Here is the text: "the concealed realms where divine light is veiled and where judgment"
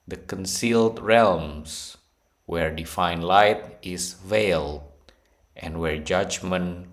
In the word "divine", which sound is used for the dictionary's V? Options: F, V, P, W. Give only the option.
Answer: F